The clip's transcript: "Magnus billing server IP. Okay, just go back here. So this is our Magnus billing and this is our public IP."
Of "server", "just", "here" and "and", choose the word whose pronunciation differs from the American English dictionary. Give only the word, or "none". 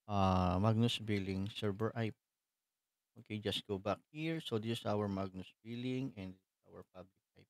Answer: server